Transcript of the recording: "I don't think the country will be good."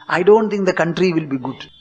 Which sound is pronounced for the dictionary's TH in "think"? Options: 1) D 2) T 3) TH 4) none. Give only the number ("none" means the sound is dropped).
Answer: 2